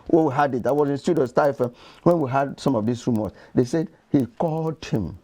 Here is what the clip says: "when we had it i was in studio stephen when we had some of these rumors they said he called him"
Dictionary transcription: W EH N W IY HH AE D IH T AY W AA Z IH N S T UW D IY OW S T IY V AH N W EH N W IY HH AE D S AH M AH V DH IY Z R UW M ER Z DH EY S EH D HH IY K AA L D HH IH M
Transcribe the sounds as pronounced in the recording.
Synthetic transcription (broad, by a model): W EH W IY HH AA D IH T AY W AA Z IH N S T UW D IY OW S T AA AH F W EH N W IY HH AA D S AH M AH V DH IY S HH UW M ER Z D EY S EH D HH IY K AA L D HH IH M